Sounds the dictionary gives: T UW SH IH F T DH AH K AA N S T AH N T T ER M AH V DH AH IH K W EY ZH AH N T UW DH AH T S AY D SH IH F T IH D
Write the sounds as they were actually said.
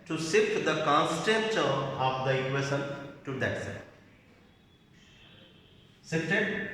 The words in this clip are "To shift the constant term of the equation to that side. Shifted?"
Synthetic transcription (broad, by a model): T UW S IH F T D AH K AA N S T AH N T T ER AH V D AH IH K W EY SH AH N T UW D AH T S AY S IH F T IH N